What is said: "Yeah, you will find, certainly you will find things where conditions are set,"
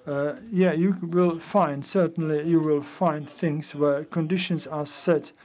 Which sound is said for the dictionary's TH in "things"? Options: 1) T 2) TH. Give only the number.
2